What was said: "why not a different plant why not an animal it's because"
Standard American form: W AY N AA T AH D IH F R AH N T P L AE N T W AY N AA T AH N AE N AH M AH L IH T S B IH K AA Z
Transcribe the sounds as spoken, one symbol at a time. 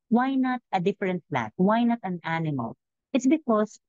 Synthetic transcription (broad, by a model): W AY N AA T AH D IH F R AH N T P L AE T W AY N AA T AH N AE N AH M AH L IH T S B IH K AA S